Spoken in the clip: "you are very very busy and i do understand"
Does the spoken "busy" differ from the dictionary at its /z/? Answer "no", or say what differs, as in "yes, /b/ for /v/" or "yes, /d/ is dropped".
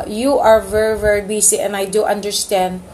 yes, /s/ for /z/